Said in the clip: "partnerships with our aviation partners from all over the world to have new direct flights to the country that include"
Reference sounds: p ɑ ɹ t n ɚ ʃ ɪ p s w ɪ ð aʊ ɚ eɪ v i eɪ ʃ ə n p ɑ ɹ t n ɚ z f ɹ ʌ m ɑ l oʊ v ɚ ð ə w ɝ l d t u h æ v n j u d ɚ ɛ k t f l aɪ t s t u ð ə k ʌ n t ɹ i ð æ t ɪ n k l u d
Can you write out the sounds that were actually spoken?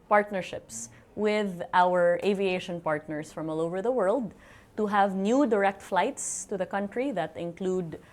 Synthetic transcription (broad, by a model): p ɑ ɹ t n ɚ ʃ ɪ p s w ɪ ð aʊ ɚ eɪ v i eɪ ʃ ə n p ɑ ɹ t n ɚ s f ɹ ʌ m ɑ l oʊ v ɚ ð ə w ɝ l d t u h æ v n j u d ɚ ɛ k t f l aɪ t s t u ð ə k ʌ n t ɹ i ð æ t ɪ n k l u d